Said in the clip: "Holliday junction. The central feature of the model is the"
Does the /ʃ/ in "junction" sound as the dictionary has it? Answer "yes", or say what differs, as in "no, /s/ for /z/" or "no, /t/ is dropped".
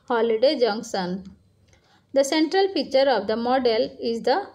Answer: no, /s/ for /ʃ/